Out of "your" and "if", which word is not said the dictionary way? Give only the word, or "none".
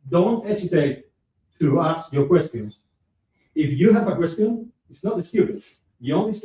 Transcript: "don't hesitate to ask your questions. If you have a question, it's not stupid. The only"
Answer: none